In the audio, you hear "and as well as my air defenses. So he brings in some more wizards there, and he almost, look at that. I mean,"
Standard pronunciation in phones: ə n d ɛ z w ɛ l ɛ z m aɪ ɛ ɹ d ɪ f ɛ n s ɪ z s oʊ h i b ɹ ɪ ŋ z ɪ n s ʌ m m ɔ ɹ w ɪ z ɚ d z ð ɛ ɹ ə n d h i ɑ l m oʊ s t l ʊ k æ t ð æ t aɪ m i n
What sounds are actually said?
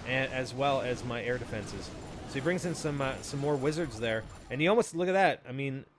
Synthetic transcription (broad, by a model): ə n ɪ z w ɛ l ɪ z m aɪ ɛ ɹ d ɪ f ɛ n s ɪ z s oʊ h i b ɹ ɪ ŋ z ɪ n s ʌ m m ɔ ɹ w ɪ z ɚ d z ð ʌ ɹ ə n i ɑ l m oʊ s t l ʊ k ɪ t ð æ t aɪ m i n